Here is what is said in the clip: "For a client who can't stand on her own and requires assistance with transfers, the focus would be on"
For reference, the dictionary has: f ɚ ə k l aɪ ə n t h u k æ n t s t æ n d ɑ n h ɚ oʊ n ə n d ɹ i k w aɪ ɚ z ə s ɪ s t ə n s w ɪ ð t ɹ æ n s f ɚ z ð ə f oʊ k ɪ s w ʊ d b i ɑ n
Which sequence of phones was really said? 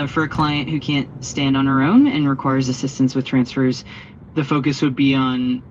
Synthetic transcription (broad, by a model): f ɚ ə k l aɪ ə n t h u k æ n t s t æ n d n ɚ oʊ n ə n ɹ i k w aɪ ɚ z ə s ɪ s t ə n s w ɪ ð t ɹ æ n s f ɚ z ð ə f oʊ k ɪ s w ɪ d b i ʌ n